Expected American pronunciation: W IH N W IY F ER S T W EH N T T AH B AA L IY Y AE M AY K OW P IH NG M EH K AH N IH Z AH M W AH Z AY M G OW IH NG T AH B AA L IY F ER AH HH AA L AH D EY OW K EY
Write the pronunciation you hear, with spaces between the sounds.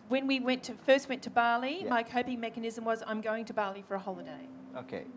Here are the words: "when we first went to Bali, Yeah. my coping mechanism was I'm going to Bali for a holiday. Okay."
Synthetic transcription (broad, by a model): W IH N W IY F ER S T W EH N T T AH B AA L IY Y M AY K OW P IH NG M EH K AH N IH Z AH M W AH Z AY M G OW IH NG T AH B AA L IY F ER AH HH AA L AH D EY OW K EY